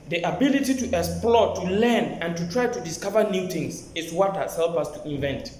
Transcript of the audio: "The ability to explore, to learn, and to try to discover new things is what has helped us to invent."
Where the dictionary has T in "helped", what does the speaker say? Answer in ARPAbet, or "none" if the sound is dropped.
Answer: none